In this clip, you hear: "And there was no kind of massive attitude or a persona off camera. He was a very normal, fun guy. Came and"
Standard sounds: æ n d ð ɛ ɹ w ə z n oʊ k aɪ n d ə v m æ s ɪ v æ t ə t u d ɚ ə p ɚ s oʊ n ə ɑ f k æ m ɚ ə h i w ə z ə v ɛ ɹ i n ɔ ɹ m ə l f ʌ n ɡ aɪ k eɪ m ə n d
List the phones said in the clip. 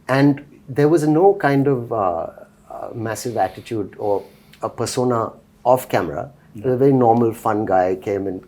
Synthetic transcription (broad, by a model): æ n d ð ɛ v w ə z n oʊ k aɪ n d ə v m æ s ɪ v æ t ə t u d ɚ ə p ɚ s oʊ n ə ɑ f k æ m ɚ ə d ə ə v ɛ ɹ i n ɔ ɹ m ə l f ʌ n ɡ aɪ k eɪ m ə n